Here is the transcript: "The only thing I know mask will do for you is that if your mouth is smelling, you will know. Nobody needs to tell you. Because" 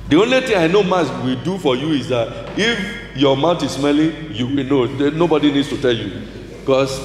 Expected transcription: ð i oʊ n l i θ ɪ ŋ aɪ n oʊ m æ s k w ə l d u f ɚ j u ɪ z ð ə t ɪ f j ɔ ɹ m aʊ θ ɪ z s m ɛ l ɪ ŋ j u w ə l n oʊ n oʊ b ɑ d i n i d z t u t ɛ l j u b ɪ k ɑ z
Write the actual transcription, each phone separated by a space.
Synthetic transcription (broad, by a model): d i oʊ n l i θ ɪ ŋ aɪ n oʊ m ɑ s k w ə d u f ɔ j u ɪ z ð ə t ɪ f j ɔ m aʊ t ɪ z s m ɛ l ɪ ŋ j u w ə n oʊ n oʊ b ɑ d i n i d s t u t ɛ l j u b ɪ k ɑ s